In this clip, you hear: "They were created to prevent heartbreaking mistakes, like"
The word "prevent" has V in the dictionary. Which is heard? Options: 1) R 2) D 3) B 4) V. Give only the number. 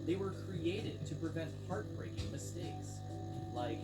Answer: 4